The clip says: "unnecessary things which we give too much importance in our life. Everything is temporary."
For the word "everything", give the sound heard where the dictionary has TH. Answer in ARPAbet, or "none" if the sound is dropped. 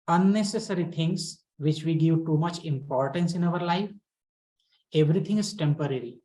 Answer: T